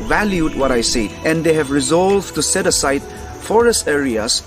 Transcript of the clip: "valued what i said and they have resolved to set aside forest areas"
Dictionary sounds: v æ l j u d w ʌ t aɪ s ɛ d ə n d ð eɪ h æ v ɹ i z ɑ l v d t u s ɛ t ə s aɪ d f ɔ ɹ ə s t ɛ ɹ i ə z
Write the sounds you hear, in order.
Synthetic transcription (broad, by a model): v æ l j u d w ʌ t aɪ s ɛ ə n d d eɪ h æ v ɹ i z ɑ l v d t u s ɛ t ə s aɪ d f ɔ ɹ ə s t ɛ ɹ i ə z